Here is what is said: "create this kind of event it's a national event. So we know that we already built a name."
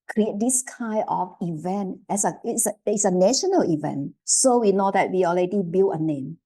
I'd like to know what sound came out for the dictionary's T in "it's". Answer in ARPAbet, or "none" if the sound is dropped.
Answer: S